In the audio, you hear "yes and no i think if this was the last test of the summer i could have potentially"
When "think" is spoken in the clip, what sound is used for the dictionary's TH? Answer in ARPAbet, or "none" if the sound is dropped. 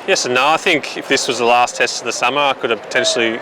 TH